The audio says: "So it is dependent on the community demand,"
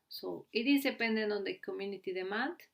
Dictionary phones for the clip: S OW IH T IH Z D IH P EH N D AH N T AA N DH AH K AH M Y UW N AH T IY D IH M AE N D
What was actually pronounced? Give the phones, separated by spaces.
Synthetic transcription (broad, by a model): S OW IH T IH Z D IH P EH N D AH N AA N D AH K AH M Y UW N AH T IY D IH M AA N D